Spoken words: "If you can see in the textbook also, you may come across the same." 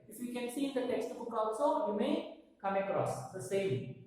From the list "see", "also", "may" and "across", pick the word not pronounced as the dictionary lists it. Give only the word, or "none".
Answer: also